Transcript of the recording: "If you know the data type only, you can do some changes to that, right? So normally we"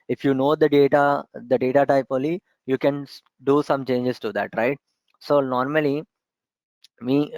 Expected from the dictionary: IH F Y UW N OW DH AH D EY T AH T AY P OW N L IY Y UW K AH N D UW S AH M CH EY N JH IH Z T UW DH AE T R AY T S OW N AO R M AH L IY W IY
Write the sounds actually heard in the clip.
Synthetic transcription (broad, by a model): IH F Y UW N OW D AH D EY T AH T AY P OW L IY Y UW K AH N D UW S AH M CH EY N JH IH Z T UW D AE T R AY T S OW N AO R M AH L IY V IY